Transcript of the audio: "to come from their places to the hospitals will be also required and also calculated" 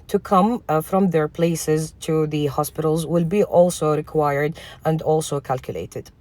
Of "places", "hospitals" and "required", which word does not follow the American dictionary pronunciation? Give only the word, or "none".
none